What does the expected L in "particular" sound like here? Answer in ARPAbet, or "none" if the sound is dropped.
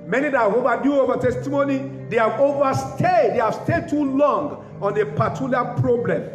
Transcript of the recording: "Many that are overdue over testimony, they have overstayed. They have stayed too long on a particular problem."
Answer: none